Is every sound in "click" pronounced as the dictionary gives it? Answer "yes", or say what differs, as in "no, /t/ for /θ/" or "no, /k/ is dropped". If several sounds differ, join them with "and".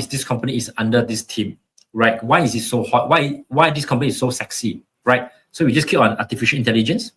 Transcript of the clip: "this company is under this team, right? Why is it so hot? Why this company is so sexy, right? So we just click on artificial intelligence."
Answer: no, /l/ is dropped